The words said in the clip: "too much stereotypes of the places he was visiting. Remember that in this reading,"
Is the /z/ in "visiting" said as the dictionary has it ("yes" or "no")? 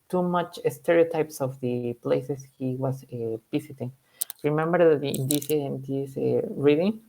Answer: no